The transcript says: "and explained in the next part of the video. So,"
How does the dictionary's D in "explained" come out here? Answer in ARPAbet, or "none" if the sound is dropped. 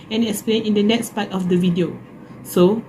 none